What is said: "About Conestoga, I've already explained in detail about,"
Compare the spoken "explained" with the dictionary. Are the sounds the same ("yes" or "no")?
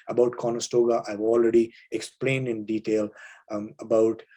yes